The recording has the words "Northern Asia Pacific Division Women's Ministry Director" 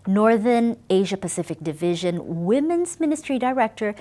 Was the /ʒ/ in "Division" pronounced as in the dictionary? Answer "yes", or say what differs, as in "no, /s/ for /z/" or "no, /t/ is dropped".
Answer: yes